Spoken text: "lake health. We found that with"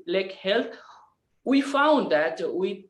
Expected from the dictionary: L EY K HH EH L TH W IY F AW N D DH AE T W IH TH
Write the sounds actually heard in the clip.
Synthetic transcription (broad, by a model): L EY K HH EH L T W IY F AW N D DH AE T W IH